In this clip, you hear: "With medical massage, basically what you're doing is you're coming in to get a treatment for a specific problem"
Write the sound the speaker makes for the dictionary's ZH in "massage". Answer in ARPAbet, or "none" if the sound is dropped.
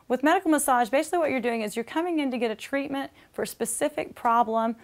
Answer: ZH